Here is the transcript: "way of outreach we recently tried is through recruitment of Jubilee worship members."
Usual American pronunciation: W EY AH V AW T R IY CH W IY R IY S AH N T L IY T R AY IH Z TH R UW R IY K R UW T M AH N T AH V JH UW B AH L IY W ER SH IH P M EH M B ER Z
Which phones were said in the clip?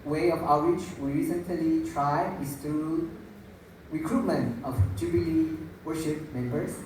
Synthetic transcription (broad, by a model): W EY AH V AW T W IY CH W IY R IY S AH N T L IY T R AY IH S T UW R IY K R UW T M AH N T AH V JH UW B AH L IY W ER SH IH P M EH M B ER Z